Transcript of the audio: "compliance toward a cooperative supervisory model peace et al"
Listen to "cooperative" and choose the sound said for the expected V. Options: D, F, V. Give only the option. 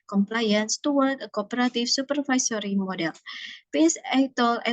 F